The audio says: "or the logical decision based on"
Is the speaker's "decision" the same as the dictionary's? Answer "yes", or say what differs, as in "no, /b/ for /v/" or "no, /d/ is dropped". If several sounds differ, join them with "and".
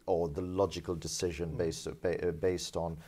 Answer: yes